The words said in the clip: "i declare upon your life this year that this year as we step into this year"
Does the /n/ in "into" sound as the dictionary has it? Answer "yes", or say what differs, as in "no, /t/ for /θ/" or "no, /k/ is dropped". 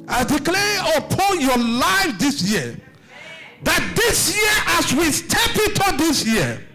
no, /n/ is dropped